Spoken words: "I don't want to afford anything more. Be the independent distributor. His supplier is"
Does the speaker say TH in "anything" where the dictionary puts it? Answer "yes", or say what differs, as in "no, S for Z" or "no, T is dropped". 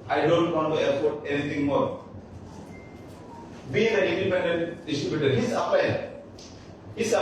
no, T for TH